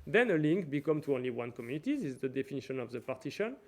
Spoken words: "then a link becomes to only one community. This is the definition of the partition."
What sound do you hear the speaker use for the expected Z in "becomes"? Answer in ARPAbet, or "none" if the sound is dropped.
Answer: none